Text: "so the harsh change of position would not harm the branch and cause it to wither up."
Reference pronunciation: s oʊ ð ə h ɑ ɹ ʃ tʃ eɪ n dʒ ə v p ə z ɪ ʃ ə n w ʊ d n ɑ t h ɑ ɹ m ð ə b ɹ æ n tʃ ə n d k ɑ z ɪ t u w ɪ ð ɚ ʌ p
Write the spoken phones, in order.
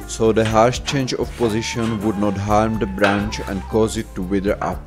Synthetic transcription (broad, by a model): s oʊ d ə h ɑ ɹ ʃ tʃ eɪ n dʒ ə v p ə z ɪ ʃ ə n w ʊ d n ɑ t h ɑ ɹ m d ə b ɹ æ n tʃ ə n d k ɑ z ɪ t u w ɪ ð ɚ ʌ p